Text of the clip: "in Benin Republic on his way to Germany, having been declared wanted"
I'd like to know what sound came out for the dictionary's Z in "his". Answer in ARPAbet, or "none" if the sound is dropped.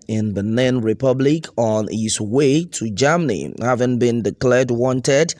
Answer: S